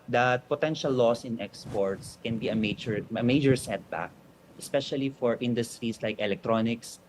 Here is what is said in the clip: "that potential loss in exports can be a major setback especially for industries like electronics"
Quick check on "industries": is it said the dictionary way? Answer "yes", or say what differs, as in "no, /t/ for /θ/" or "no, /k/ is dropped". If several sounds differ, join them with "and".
no, /s/ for /z/